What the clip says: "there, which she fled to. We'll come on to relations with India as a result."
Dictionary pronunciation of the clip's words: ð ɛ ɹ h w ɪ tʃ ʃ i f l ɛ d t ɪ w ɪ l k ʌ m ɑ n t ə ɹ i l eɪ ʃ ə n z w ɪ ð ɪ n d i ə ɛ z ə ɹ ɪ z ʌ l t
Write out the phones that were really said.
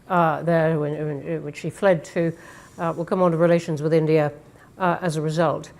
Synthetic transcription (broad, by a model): ð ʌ ɹ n w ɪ tʃ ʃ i f l ɛ d t ɪ w ɪ l k ʌ m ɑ n t ə ɹ i l eɪ ʃ ə n z w ɪ ð ɪ n d i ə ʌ z ə ɹ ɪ z ʌ l t